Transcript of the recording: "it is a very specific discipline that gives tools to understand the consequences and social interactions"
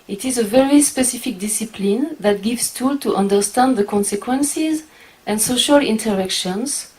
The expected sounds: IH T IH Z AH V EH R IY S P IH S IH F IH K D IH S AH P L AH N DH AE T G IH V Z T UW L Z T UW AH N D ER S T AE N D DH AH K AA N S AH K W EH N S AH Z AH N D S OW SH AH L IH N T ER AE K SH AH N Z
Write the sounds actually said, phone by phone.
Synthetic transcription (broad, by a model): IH T IH Z AH V EH R IY S P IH S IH F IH K D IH S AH P L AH N DH AE T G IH V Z T UW L T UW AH N D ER S T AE N D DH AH K AA N S AH K W EH N S AH Z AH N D S OW SH AH L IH N T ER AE K SH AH N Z